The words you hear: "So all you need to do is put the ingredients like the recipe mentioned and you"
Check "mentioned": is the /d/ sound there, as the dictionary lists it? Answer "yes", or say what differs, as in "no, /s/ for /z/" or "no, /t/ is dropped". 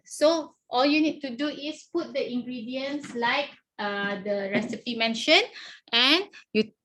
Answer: no, /d/ is dropped